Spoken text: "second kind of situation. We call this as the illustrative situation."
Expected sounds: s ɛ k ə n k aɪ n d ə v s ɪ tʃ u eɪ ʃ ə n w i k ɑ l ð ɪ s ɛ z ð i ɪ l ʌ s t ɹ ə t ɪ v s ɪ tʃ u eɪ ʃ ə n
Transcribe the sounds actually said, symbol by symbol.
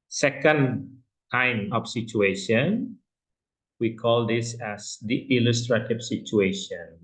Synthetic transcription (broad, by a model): s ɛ k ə n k aɪ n ə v s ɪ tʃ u eɪ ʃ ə n w i k ɑ l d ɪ s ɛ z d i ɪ l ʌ s t ɹ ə t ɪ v s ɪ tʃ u eɪ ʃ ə n